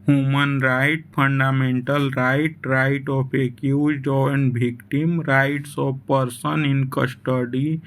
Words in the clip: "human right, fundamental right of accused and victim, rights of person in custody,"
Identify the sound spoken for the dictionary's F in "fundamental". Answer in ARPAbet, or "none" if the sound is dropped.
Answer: P